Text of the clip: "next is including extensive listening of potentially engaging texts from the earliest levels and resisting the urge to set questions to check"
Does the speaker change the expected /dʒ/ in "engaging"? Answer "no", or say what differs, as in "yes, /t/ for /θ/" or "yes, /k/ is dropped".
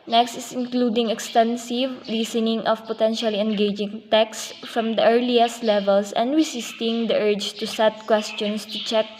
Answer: no